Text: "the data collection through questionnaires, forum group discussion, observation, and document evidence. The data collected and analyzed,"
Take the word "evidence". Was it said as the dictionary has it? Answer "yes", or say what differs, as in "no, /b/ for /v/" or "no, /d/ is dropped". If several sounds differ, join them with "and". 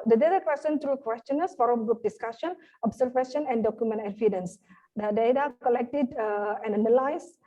no, /f/ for /v/